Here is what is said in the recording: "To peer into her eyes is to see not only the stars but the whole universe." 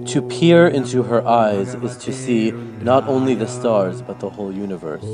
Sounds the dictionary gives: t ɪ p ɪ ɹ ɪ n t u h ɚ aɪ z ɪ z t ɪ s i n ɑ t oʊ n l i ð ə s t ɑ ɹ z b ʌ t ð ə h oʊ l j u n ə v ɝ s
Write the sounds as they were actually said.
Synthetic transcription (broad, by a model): t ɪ p ɪ ɹ ɪ n t u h ɚ aɪ z ɪ z t ɪ s i n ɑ t oʊ n l i ð ə s t ɑ ɹ z b ʌ t ð ə h oʊ l j u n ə v ɝ s